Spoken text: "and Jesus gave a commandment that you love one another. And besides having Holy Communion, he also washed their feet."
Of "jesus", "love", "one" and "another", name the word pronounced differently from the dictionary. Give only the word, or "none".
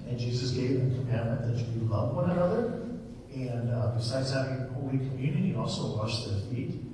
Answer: none